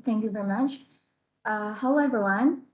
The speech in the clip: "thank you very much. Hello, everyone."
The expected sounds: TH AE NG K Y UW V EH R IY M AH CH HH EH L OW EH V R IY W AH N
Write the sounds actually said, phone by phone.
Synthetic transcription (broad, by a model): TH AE NG K Y UW V EH R IY M AH CH HH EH UH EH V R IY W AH N